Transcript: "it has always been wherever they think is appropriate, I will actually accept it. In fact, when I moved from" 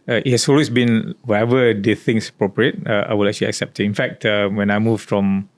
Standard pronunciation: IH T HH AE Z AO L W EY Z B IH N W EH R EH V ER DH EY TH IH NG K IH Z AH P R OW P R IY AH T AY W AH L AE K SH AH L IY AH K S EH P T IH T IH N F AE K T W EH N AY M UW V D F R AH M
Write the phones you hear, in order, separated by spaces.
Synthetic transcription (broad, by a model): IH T HH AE S AO L W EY S B IH N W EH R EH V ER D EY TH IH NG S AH P R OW P R IY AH T AY W AH L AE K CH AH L IY AH K S EH P T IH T IH N F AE K T W EH N AY M UW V F R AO M